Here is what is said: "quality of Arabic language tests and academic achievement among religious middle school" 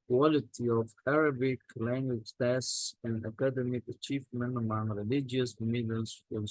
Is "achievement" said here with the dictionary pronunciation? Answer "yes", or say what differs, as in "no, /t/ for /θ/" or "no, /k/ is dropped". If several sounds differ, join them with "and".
yes